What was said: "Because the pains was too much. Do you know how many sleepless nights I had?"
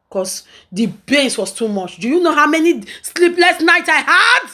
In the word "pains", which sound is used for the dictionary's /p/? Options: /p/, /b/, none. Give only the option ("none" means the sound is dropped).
/b/